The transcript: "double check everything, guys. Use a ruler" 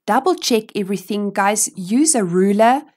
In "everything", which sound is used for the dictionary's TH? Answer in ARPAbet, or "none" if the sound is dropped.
TH